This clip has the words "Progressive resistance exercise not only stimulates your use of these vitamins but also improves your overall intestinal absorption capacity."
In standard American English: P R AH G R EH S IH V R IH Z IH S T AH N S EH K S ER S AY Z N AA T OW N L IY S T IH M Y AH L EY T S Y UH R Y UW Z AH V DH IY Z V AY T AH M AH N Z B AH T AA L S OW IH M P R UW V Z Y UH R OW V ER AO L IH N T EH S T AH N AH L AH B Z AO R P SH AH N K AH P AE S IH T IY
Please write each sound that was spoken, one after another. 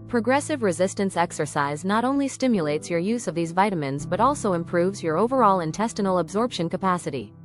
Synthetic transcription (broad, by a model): P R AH G R EH S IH V R IH Z IH S T AH N S EH K S ER S AY Z N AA T OW N L IY S T IH M Y AH L EY T S Y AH R Y UW Z AH V DH IY Z V AY T AH M AH N Z B AH T AA L S OW IH M P R UW V Z Y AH R OW V ER AO L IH N T EH S T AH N L AH B Z AO R P SH AH N K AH P AE S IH T IY